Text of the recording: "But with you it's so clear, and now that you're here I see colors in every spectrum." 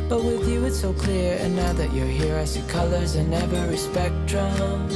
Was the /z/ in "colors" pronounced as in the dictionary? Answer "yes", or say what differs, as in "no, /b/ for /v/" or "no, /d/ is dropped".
yes